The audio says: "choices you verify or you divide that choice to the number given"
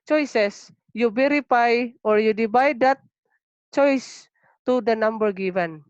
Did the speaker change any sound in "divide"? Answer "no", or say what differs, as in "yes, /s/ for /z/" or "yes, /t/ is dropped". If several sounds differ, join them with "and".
yes, /b/ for /v/